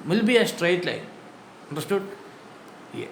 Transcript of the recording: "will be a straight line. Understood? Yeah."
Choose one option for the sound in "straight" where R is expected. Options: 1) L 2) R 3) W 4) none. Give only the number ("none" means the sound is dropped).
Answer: 2